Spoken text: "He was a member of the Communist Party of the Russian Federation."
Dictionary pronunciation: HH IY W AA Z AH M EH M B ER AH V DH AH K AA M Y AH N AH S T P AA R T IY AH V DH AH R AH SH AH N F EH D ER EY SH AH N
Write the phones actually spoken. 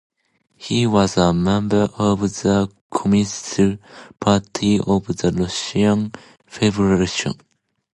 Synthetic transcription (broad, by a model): HH IY W AA Z AH M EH M B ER AH V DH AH K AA M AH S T P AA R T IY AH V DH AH L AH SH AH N F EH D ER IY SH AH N